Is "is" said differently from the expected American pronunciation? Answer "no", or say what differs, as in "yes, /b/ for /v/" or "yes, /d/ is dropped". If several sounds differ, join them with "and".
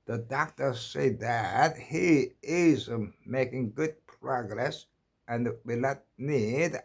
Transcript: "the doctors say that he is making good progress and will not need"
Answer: no